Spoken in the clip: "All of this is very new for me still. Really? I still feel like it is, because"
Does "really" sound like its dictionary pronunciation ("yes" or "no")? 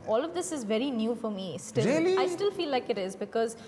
no